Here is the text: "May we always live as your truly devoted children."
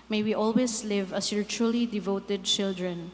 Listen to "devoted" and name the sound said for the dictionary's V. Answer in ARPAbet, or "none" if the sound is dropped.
V